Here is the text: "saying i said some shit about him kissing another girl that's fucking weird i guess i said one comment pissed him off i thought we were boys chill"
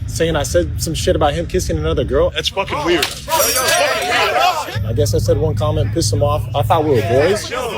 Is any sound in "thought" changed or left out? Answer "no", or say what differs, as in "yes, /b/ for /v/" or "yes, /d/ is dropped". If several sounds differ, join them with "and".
yes, /f/ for /θ/